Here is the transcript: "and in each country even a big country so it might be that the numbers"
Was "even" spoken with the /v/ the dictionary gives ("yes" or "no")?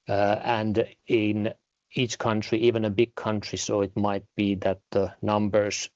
yes